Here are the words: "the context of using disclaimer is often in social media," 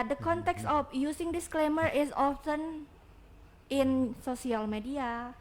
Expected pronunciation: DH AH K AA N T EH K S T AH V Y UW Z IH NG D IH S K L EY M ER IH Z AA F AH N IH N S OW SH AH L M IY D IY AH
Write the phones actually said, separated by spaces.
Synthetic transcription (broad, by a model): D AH K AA N T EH K S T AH F Y UW S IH NG D IH S K L EY M ER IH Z AA F AH N IH N S OW S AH L M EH D IY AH